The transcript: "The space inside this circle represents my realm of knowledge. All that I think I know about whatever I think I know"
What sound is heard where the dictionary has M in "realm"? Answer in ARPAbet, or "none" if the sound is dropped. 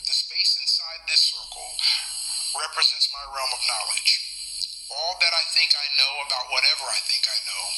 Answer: M